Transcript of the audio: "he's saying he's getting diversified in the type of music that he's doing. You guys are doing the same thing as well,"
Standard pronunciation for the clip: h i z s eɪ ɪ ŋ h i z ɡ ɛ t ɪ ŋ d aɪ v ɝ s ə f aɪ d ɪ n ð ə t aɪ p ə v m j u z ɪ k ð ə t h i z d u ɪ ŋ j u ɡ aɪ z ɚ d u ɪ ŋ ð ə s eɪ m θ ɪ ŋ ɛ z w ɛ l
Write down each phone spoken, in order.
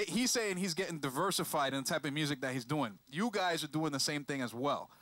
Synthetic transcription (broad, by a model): h i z s eɪ ɪ ŋ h i z ɡ ɛ t ɪ ŋ d aɪ v ɝ s ə f aɪ d ɪ n ð ə t aɪ p ə v m j u z ɪ k ð ə t h i z d u ɪ ŋ j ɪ ɡ aɪ z ɚ d u ɪ ŋ ð ə s eɪ m θ ɪ ŋ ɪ z w ɛ l